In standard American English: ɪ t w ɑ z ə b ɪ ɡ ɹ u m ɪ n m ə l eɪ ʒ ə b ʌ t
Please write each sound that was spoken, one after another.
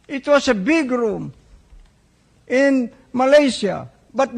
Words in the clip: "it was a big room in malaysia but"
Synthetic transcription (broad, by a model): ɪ t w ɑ s ə b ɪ ɡ ɹ u m ɪ n m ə l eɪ s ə b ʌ t